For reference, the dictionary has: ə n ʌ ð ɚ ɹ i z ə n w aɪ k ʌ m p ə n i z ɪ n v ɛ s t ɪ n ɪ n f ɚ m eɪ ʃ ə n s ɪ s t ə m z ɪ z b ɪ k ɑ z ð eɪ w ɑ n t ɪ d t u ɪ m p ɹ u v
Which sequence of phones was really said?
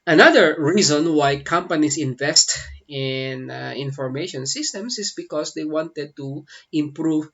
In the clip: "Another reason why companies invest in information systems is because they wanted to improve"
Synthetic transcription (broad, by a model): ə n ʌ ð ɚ ɹ i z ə n w aɪ k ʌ m p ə n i s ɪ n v ɛ s t ɪ n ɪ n f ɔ m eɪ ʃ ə n s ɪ s t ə m s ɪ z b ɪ k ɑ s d eɪ w ɑ n t ɪ d t u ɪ m p ɹ u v